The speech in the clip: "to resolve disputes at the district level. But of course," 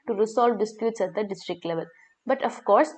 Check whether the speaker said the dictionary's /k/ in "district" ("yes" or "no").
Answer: yes